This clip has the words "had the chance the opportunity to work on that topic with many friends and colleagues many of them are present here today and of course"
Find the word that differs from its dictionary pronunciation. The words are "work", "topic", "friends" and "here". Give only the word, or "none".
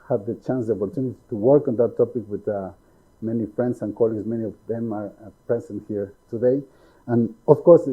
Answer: friends